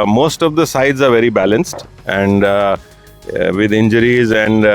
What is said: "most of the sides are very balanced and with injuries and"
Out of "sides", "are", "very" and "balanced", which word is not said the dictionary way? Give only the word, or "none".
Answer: none